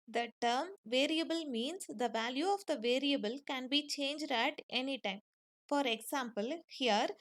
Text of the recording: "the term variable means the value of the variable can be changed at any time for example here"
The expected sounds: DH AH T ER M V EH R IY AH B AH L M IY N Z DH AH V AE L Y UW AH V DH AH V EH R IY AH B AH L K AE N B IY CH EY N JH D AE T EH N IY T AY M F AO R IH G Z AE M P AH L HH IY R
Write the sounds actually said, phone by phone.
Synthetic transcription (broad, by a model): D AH T ER M V EH R IY AH B AH L M IY N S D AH V AE L Y UW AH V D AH V EH R IY AH B AH L K AE N B IY CH EY N JH D AE T EH N IY T AY M F AO R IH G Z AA M P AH L HH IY R